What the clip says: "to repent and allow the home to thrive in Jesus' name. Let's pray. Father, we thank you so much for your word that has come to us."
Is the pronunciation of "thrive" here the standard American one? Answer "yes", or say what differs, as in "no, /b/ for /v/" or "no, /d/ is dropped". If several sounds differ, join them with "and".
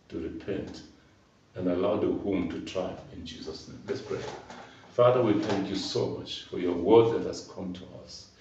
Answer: no, /t/ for /θ/ and /v/ is dropped